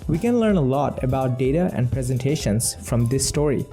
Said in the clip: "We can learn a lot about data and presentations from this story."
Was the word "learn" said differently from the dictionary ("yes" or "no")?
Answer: no